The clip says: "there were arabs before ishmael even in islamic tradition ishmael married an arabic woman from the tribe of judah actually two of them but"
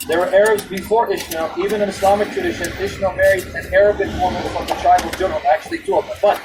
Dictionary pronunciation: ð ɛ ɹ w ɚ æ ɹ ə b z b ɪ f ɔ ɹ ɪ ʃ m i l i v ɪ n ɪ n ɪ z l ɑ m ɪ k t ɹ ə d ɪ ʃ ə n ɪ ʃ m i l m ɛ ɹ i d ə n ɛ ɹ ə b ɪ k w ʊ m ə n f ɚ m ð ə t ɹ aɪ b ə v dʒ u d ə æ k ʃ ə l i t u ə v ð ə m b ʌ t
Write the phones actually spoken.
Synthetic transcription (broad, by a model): ð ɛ ɹ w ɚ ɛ ɹ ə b z b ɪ f ɔ ɹ ɪ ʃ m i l i v ɪ n ɪ n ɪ s l ɑ m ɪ k t ɹ ə d ɪ ʃ ə n ɪ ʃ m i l m ɛ ɹ i d ə n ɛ ɹ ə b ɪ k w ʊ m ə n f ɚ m ð ə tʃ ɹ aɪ ə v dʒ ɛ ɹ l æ k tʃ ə l i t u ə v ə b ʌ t